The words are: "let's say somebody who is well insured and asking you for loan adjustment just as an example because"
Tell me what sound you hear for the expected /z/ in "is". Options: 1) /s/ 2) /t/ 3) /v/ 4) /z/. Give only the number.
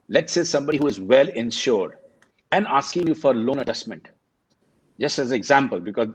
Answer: 4